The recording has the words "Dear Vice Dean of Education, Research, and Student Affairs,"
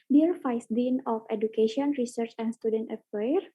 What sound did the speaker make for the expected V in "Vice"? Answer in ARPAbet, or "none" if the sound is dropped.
F